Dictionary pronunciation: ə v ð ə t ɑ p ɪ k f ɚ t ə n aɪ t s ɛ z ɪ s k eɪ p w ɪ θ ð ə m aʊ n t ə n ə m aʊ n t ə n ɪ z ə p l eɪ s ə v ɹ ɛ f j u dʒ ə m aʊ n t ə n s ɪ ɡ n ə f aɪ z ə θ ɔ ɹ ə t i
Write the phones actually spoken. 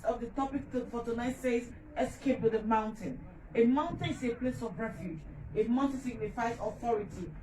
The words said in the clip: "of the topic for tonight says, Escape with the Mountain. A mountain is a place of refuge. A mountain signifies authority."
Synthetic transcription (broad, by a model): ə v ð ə t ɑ p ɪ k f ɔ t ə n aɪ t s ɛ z ɪ s k eɪ p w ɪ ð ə m aʊ n t ə n ə m aʊ n t ə n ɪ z ə p l eɪ s ə v ɹ ɛ f j u dʒ ə m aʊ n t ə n s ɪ ɡ n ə f aɪ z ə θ ɔ ɹ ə t i